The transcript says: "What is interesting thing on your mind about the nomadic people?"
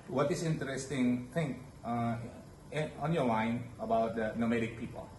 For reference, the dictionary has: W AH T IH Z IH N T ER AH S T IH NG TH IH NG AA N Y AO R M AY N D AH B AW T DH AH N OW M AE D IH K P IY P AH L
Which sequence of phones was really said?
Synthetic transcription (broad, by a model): W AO T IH S IH N T ER AH S T IH NG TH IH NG AA N Y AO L AY N AH B AW T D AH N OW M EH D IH K P IY P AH L